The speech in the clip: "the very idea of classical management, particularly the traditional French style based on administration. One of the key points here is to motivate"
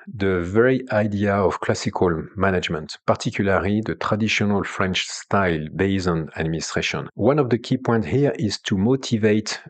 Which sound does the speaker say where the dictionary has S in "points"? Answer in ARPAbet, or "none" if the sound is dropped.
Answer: none